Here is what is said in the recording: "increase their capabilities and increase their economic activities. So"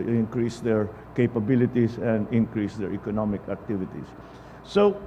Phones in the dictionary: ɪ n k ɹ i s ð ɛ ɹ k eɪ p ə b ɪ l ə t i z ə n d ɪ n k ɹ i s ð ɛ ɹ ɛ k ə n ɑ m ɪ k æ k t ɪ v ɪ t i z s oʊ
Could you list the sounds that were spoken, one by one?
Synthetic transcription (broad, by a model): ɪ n k ɹ i s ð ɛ ɹ k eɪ p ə b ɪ l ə t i s ə n d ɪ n k ɹ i s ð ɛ ɹ ɛ k ə n ɑ m ɪ k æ k t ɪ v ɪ t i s s oʊ